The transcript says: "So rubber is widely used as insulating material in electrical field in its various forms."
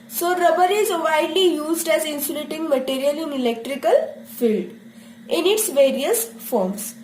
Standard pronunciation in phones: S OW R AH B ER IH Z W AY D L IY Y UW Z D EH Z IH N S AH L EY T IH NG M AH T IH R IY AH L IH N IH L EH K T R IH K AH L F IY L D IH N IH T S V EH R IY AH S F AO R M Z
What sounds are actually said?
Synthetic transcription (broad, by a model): S OW R AH B ER IH Z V AY D L IY Y UW Z D EH Z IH N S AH L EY T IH NG M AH T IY R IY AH L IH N IH L EH K T R IH K AH L F IY L D IH N IH T S V EH R IY AH S F AO R M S